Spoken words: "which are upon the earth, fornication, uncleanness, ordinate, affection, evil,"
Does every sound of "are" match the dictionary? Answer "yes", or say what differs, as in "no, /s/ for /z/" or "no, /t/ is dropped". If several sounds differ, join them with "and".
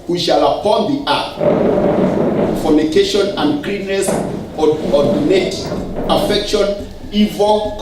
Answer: no, /l/ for /ɹ/